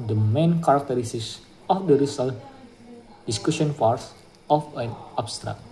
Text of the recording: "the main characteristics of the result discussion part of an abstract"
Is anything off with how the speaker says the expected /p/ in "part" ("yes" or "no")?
yes